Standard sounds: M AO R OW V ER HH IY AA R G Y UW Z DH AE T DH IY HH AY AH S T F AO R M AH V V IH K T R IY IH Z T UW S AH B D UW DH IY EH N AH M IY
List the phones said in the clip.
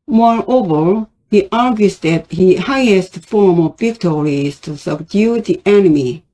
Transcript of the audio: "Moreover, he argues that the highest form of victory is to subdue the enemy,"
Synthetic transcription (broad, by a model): M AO R OW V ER HH IY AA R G Y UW S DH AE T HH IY HH AY AH S T F AO R M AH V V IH K T R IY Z T UW S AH B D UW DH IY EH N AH M IY